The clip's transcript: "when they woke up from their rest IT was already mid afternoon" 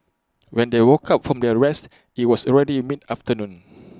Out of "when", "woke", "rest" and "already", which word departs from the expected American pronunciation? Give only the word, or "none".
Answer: none